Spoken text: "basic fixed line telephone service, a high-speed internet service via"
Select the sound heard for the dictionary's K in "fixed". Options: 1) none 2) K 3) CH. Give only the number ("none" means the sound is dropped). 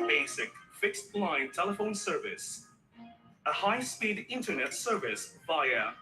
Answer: 2